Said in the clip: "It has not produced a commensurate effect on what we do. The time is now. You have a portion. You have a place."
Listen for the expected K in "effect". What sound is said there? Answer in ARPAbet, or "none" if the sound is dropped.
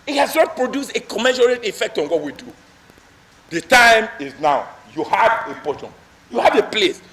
K